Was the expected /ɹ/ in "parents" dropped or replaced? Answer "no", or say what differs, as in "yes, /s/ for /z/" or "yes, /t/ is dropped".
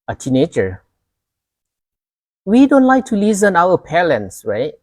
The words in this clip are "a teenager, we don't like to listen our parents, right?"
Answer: yes, /l/ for /ɹ/